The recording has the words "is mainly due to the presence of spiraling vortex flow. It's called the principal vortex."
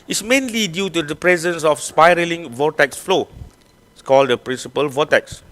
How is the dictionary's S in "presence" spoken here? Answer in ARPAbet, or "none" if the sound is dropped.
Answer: S